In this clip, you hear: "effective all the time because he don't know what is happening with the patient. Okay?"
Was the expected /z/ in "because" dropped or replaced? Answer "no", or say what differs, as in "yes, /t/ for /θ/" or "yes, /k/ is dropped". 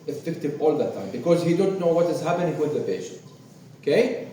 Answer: no